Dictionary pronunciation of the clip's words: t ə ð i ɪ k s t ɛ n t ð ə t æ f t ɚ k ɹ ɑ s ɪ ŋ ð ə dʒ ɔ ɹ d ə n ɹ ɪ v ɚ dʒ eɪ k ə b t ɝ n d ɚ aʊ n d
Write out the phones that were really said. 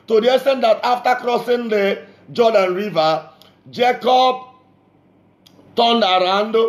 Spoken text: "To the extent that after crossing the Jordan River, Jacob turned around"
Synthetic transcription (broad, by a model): t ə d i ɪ s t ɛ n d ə t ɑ f t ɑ k ɹ ɑ s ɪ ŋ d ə dʒ ɔ d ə n ɹ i v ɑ dʒ eɪ k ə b t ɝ n d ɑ aʊ n d